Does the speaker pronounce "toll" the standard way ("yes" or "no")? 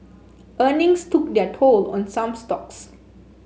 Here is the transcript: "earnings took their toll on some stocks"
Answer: yes